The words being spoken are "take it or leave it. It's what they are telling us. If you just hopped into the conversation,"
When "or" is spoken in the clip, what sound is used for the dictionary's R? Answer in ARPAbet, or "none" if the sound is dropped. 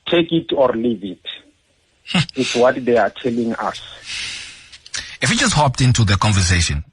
R